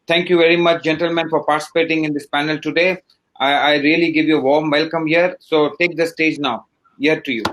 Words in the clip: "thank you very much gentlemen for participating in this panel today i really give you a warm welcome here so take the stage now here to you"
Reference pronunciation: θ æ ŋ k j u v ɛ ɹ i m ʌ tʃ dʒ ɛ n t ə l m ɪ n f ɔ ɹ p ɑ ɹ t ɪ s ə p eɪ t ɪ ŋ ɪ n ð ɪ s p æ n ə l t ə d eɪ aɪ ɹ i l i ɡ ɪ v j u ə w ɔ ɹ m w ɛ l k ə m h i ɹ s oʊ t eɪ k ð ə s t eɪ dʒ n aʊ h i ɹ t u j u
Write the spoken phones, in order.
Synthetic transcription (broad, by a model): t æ ŋ k j u v ɛ ɹ i m ʌ tʃ dʒ ɛ n t ə l m ɪ n f ɔ ɹ p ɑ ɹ t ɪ s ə p eɪ t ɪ ŋ ɪ n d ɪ s p æ n ə l t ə d eɪ aɪ ɹ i l i ɡ ɪ v j u ə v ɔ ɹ m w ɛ l k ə m h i ɹ s oʊ t eɪ k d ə s t eɪ dʒ n aʊ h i ɹ t u j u